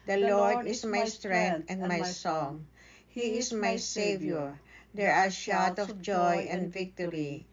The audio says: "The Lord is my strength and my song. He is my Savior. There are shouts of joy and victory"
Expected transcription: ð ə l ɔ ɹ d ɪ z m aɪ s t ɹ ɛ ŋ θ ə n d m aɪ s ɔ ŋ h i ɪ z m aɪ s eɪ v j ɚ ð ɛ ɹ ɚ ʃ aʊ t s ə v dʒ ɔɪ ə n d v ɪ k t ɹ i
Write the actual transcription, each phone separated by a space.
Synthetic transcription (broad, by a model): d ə l ɔ ɹ d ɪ s m aɪ s t ɹ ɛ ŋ t ə n d m aɪ s ɔ ŋ h i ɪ s m aɪ s eɪ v j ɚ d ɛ ɹ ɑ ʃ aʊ t ə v dʒ ɔɪ ə n d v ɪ k t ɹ i